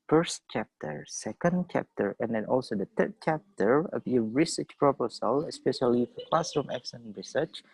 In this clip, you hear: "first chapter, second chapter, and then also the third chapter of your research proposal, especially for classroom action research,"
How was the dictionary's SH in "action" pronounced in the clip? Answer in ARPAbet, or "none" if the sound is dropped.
S